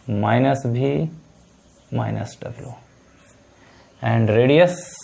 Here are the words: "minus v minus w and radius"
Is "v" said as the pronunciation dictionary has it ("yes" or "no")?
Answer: no